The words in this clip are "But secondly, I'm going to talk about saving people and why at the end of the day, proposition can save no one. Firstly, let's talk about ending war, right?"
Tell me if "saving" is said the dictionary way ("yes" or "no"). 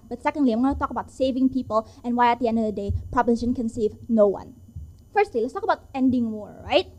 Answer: yes